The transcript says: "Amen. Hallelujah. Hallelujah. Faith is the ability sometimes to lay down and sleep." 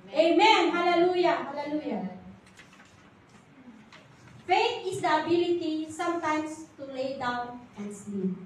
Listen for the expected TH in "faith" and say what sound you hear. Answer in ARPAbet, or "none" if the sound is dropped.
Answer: T